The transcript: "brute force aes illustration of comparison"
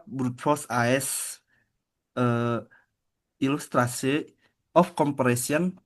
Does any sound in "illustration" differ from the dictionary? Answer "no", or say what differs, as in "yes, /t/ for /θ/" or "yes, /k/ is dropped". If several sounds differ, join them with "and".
yes, /s/ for /ʃ/ and /n/ is dropped